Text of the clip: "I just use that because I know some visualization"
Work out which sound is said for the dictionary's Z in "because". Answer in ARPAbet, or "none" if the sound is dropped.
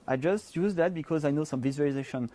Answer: Z